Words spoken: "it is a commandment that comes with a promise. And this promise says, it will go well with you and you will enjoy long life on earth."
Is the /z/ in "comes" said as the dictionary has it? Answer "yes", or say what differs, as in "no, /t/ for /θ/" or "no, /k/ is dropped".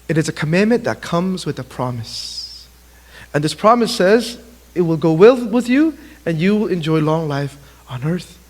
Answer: yes